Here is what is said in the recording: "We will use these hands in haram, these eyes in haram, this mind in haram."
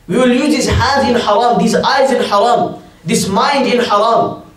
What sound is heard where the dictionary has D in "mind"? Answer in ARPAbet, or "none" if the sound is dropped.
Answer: D